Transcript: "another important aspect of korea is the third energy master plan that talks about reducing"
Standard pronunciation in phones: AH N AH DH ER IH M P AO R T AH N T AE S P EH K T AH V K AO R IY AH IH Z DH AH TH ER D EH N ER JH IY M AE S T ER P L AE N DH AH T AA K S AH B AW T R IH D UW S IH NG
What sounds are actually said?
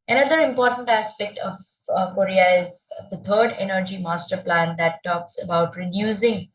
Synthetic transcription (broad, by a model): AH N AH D ER IH M P AO R T AH N T AE S P EH K T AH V K AO R IY AH IH Z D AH T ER D EH N ER JH IY M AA S T ER P L AE N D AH T AA K S AH B AW T R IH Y UW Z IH NG